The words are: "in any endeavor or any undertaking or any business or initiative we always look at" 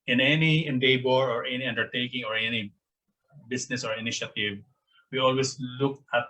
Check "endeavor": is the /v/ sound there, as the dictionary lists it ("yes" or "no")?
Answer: no